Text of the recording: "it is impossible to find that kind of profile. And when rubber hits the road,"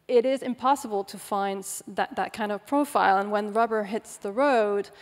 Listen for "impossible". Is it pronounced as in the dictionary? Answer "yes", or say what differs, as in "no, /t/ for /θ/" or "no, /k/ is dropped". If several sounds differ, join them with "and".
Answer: yes